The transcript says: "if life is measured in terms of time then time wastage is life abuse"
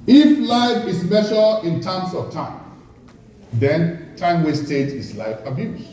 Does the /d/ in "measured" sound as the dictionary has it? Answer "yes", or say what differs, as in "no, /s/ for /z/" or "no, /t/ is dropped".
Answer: no, /d/ is dropped